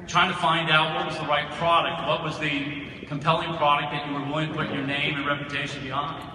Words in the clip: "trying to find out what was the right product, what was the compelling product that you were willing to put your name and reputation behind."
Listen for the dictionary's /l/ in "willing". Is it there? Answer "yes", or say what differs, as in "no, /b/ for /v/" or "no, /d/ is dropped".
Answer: no, /l/ is dropped